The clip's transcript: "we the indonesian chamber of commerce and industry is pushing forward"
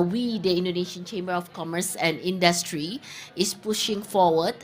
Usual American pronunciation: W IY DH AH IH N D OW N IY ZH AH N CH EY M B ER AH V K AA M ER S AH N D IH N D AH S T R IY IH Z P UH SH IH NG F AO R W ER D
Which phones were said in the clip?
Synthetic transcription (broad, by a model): W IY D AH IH N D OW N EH SH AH N CH EY M B ER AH F K AA M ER S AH N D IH N D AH S T R IY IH S P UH SH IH NG F AO W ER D